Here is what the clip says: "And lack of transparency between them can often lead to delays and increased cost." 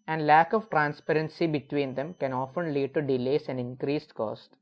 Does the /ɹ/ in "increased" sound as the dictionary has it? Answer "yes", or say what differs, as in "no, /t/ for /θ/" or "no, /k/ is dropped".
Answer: yes